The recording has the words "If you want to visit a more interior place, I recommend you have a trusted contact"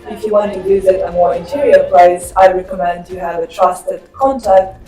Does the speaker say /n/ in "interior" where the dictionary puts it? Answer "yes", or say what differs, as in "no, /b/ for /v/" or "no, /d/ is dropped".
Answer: yes